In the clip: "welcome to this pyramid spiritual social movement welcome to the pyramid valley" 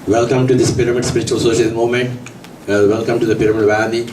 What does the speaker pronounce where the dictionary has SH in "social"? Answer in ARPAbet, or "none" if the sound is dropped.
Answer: none